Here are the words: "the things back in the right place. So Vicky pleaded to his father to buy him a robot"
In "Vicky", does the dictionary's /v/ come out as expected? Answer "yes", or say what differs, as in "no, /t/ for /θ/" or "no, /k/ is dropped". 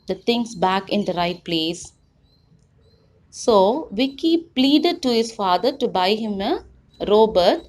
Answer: yes